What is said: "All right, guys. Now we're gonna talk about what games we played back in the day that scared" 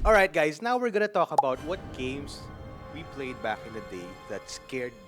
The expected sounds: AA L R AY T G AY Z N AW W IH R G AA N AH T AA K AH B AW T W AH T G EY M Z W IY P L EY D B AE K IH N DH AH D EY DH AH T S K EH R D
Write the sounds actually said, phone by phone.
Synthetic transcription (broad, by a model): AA L R AY T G AY S N AW W IH R G AA N AH T AA K AH B AW T W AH T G EY M S W IY P L EY D B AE K IH N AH D EY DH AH T S K EH R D